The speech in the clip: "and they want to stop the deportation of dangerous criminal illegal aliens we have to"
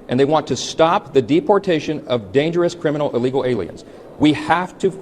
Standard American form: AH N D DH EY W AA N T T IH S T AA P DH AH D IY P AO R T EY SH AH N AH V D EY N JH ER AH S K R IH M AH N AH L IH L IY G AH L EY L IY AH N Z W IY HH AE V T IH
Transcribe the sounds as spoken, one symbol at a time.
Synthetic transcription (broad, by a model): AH N DH EY W AA N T T IH S T AA P DH AH D IY P AO R T EY SH AH N AH V D EY N JH ER AH S K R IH M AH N L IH L IY G L EY L IY AH N Z W IY HH AE F T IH